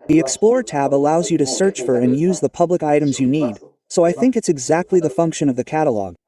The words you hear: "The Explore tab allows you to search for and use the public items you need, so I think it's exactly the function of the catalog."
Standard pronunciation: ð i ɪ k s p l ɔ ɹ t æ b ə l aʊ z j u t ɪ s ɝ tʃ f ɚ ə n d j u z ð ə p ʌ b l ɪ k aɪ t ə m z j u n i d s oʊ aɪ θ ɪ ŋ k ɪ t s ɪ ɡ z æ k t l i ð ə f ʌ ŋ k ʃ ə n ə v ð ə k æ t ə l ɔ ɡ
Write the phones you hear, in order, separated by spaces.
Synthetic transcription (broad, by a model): ð i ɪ k s p l ɔ ɹ t æ b ə l aʊ z j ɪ t ɪ s ɝ tʃ f ɚ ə n j u z ð ə p ʌ b l ɪ k aɪ t ə m z j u n i d s oʊ aɪ θ ɪ ŋ k ɪ t s ɪ ɡ z æ k t l i ð ə f ʌ ŋ k ʃ ə n ə v ð ə k æ t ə l ɔ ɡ